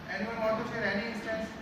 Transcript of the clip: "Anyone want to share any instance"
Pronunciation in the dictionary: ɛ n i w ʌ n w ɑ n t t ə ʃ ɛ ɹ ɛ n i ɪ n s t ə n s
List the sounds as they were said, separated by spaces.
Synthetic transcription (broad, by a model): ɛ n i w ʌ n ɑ t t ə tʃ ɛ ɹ ɛ n i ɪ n s t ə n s